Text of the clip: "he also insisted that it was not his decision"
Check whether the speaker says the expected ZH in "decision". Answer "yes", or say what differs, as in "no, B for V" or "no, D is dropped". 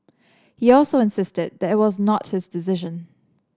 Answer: yes